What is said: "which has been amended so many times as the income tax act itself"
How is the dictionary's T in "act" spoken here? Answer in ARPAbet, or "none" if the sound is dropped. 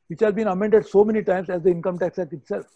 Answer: none